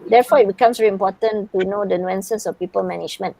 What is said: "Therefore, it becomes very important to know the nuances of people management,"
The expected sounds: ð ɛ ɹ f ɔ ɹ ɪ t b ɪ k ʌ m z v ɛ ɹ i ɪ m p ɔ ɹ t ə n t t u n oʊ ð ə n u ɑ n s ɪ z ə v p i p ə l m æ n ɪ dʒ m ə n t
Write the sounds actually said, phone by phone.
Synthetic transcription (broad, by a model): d ɛ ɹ f ɔ ɪ t b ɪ k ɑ m s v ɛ ɹ i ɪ m p ɔ t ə n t t u n oʊ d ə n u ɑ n s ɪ s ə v p i p ə l m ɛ n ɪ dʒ m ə n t